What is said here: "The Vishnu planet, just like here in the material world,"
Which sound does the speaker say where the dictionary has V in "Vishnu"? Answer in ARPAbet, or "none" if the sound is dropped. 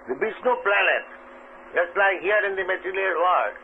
B